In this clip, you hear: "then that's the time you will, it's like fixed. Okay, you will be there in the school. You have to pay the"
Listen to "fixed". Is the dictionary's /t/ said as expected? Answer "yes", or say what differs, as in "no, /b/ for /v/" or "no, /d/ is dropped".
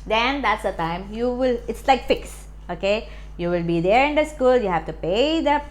no, /t/ is dropped